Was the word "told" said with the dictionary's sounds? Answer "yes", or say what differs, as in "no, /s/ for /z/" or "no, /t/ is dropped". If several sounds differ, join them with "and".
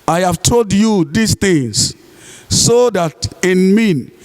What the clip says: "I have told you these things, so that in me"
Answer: yes